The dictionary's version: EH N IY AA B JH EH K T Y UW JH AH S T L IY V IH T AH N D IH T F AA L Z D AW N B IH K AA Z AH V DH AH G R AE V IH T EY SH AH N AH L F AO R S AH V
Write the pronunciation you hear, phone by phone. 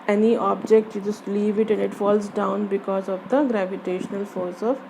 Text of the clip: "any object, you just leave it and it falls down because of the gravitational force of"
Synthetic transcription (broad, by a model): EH N IY AA B JH EH K T Y UW JH AH S T L IY V IH T AH N D IH T F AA L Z D AW N B IH K AA Z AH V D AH G R AE V IH T EY SH AH N AH L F AO R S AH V